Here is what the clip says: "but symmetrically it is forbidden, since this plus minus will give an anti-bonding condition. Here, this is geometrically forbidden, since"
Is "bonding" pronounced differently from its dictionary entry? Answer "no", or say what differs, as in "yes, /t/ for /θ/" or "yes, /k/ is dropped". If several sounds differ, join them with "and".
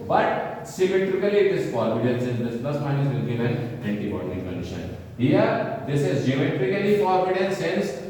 yes, /n/ is dropped